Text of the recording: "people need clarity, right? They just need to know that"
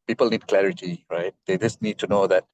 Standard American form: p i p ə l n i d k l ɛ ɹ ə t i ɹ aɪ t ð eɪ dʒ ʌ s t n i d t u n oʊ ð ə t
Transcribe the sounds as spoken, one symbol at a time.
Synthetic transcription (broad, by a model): p i p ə l n i d k l ɛ ɹ ə t i ɹ aɪ t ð eɪ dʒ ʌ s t n i d t u n oʊ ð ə t